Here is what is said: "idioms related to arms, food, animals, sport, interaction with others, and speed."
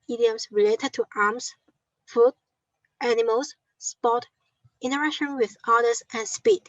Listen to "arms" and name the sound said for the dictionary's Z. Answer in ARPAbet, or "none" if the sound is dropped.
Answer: S